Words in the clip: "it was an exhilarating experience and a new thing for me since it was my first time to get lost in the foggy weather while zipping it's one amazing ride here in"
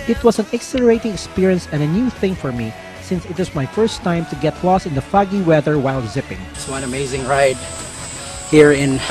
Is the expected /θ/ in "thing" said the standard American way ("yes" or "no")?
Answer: yes